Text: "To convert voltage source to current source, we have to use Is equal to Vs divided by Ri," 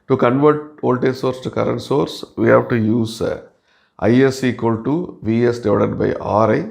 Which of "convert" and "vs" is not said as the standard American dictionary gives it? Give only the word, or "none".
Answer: none